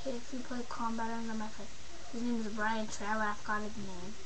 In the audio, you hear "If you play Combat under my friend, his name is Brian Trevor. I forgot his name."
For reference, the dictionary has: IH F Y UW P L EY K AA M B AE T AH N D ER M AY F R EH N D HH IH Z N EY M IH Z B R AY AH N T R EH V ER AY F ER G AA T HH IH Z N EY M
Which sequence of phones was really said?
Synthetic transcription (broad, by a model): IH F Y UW P L EY K AA M B AE T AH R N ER M AY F EH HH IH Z N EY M IH Z B R AY AH N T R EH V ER AY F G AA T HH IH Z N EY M